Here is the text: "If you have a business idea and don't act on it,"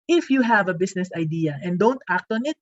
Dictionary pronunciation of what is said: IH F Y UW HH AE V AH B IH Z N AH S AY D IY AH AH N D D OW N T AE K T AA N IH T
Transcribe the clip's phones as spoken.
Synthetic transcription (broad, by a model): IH F Y UW HH AE V AH B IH S N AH S AY D IY AH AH N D D OW N T AE K T AA N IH T